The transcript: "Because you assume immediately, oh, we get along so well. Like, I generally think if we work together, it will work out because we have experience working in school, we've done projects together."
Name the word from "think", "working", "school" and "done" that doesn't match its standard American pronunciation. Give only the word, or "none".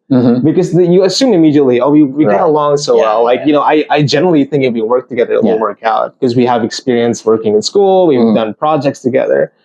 none